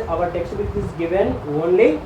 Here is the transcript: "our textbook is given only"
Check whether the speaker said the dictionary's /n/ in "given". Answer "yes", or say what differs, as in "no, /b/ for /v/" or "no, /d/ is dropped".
yes